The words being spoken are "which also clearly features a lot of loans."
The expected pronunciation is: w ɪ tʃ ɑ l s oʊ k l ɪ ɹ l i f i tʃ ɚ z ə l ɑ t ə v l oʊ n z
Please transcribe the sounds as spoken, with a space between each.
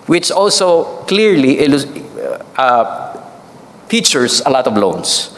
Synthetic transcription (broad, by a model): w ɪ tʃ ɑ l s oʊ k l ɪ ɹ l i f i tʃ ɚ s ə l ɑ t ə v l oʊ n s